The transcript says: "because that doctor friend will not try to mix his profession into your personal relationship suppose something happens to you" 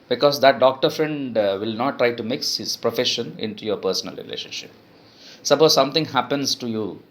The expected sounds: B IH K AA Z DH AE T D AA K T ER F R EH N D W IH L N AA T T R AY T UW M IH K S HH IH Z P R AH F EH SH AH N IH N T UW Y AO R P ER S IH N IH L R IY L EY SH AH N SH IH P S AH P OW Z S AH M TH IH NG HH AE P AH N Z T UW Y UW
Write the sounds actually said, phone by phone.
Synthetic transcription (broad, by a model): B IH K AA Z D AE T D AA K T ER F R EH N D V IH L N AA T T R AY T UW M IH K S HH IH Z P R AH F EH SH AH N IH N T UW Y AO R P ER S IH N IH L R IY L EY SH AH N SH IH P S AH B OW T S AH M T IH NG HH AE P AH N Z T UW Y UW